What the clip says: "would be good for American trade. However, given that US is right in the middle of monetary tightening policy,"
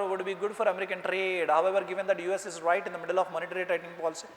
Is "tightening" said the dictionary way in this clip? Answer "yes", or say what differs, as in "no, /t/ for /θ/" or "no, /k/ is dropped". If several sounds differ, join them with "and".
no, /n/ is dropped